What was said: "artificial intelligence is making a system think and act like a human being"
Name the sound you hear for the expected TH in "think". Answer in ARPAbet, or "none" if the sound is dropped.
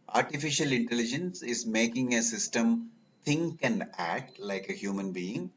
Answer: T